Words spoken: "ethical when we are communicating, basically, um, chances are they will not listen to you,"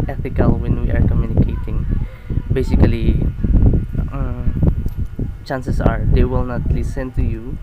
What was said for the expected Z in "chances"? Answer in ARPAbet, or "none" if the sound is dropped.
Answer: S